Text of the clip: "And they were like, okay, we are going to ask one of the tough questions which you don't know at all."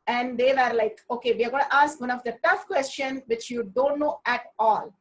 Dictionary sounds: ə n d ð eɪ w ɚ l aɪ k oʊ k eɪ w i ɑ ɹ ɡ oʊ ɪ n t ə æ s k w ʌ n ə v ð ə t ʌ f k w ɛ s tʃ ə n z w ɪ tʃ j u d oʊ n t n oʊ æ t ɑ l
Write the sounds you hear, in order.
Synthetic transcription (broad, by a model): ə n d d eɪ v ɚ l aɪ k oʊ k eɪ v i ɑ ɹ ɡ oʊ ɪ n t ə s k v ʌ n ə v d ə t ʌ f k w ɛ s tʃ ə n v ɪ tʃ j u d oʊ n t n oʊ æ t ɑ l